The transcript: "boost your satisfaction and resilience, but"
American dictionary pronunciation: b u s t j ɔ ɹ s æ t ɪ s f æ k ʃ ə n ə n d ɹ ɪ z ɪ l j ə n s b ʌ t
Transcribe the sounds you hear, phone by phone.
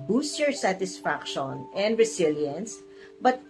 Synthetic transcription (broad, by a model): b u s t j ɔ ɹ s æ t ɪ s f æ k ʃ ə n ə n d ɹ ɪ s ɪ l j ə n s b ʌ t